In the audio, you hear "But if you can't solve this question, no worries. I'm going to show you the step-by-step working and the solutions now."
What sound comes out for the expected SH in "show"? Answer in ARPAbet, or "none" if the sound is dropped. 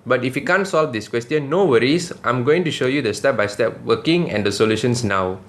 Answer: SH